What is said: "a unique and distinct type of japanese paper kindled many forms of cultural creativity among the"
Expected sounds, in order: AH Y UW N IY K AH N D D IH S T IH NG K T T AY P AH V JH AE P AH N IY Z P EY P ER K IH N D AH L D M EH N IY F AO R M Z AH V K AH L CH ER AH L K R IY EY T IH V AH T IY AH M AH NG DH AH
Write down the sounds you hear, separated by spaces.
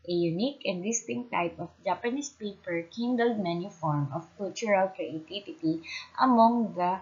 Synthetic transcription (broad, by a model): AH Y UW N IY K AH N D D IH S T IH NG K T T AY P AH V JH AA P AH N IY S P EY P ER K IH N D AH L D M EH N IY F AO R M AH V K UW L CH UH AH L K R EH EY T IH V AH T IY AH M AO NG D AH